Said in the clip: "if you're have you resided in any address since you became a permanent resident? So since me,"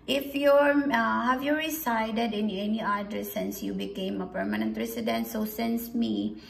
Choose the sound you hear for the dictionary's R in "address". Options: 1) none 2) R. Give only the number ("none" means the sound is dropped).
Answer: 1